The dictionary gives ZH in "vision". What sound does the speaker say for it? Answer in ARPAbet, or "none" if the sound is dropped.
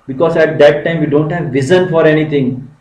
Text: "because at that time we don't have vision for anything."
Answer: Z